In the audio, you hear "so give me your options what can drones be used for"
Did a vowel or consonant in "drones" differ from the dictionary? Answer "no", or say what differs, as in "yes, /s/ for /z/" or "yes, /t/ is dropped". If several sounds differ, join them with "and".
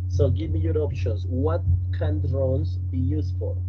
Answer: yes, /l/ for /n/